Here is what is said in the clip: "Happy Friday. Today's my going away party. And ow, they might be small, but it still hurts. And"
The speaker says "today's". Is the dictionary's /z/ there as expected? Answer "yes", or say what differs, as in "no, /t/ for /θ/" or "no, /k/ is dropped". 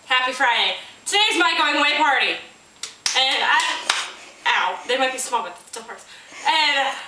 yes